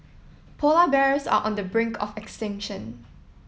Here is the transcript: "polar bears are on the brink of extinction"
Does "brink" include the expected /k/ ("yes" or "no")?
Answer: yes